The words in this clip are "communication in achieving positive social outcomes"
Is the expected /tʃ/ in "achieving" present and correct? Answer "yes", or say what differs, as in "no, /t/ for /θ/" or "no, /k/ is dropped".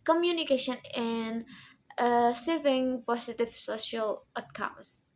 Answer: no, /s/ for /tʃ/